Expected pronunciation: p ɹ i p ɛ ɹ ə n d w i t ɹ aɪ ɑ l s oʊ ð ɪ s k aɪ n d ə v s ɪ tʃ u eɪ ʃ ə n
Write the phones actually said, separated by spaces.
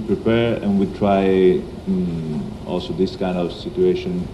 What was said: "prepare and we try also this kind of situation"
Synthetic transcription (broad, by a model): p ɹ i p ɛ ɹ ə n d w i t ɹ aɪ ɑ l s oʊ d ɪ s k aɪ n d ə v s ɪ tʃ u eɪ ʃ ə n